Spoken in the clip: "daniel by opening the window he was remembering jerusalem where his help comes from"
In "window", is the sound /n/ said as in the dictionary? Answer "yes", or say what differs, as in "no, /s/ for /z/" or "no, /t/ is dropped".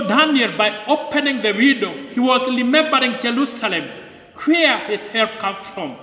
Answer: no, /n/ is dropped